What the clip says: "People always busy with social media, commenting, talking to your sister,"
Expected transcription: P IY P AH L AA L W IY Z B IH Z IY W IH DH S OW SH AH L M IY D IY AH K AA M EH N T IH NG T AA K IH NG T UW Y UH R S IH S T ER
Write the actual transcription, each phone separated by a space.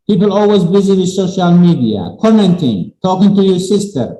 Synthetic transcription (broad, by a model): P IY P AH L AA L W IY Z B IH Z IY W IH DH S OW SH AH L M IY D IY AH K AA M EH N T IH NG T AA K IH NG T UW Y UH R S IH S T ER